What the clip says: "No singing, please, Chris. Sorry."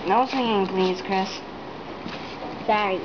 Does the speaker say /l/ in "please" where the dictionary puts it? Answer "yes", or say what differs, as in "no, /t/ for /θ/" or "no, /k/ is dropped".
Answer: yes